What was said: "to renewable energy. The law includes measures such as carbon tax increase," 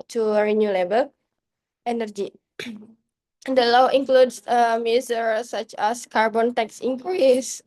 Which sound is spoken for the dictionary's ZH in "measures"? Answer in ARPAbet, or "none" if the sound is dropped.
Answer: S